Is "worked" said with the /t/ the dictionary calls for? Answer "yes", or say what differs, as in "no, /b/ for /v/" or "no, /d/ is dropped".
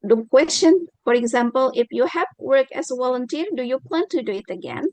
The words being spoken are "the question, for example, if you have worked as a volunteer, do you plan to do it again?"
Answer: no, /t/ is dropped